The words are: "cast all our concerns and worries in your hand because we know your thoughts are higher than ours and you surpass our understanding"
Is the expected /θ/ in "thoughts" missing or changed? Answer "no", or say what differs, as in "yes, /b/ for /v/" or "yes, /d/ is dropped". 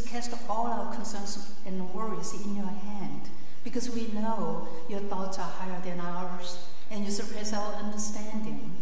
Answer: no